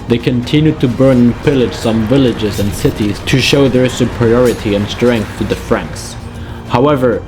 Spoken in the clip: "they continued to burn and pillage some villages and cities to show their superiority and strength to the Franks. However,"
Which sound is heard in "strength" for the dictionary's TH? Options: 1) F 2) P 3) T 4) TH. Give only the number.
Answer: 4